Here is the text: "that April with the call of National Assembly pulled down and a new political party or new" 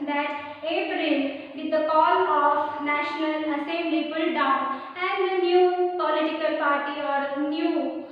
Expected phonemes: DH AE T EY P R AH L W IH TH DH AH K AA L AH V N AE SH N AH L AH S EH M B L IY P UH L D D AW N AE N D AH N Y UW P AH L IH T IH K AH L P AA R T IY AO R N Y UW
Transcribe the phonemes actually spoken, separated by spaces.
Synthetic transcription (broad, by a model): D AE T EY P R AH L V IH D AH K AA L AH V N AE SH N AH L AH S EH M L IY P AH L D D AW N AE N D AH N Y UW P AH L IH T IH K AH L P AA R T IY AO R N Y UW